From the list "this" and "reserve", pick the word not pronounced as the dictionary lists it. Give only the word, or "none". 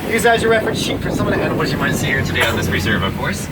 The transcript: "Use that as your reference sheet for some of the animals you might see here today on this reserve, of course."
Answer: none